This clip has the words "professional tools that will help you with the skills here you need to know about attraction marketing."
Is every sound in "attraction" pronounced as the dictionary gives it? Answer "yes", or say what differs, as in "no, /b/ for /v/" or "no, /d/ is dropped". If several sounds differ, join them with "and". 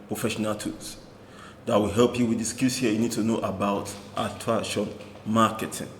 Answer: no, /ɹ/ is dropped